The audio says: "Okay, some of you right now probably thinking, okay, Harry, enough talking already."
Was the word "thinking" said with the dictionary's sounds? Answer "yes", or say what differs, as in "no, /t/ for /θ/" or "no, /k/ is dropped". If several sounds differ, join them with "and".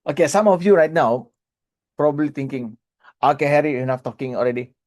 no, /t/ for /θ/